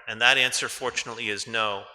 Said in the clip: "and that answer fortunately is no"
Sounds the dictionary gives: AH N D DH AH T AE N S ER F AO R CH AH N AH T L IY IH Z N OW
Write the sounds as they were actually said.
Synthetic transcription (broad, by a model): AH N DH AH T AE N S ER F AO R CH AH N AH T L IY IH Z N OW